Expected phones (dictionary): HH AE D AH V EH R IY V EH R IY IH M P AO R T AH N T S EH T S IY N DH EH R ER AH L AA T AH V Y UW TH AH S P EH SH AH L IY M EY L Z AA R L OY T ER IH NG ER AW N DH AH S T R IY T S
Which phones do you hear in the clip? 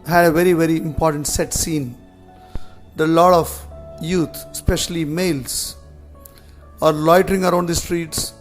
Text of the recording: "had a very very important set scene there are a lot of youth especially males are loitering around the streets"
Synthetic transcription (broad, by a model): HH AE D AH V EH R IY V EH R IY IH M P AO R T AH N T S EH T S IY N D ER AH L AA T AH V Y UW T S P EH SH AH L IY M EY L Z AA R L OY T ER IH NG ER AW N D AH S T R IY T S